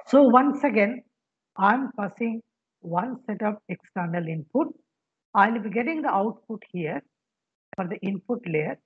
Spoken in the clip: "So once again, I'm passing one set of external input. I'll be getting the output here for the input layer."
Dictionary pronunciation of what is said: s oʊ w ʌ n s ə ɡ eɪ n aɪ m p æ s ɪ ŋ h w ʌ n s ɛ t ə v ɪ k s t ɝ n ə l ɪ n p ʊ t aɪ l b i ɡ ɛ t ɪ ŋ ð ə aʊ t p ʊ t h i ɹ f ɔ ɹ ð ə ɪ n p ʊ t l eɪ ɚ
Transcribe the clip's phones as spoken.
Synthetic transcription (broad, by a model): s oʊ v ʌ n s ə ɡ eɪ n aɪ m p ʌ s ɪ ŋ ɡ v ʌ n s ɛ t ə p ɪ k s t ɝ n ə l ɪ n p ʊ t aɪ l b i ɡ ɛ t ɪ ŋ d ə aʊ t p ʊ t h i ɹ f ɔ ɹ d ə ɪ n p ʊ t l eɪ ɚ